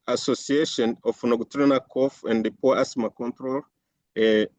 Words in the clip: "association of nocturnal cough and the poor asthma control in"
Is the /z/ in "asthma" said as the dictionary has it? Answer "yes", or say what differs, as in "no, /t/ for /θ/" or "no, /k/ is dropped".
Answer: no, /s/ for /z/